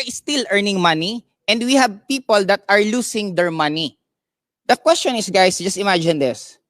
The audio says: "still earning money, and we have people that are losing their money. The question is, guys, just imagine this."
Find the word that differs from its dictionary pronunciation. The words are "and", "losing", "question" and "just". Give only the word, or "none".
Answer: losing